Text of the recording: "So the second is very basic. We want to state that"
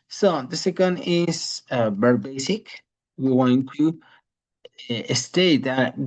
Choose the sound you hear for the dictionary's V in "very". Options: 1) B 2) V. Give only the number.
1